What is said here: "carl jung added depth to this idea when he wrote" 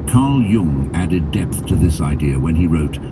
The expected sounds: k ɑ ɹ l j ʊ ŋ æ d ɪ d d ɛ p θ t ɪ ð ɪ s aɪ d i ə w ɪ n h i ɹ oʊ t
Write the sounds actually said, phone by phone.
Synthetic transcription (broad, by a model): k ɑ ɹ l j ʊ ŋ æ d ɪ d d ɛ p θ t ɪ ð ɪ s aɪ d i ə w ɪ n i ɹ oʊ t